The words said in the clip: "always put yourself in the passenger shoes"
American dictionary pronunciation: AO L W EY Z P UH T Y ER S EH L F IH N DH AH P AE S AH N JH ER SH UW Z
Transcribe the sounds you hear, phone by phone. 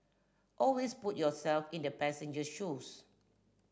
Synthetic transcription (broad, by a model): AO L W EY S P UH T Y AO S EH L F IH N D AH P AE S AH N JH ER SH UW S